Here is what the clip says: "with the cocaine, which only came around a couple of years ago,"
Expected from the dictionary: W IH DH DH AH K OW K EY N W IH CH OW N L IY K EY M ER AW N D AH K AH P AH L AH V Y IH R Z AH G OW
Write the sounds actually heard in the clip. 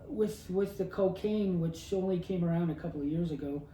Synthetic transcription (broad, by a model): W IH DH DH AH K OW K EY N W IH CH OW N L IY K EY M ER AW N D AH K AH P L AH V Y IH R Z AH G OW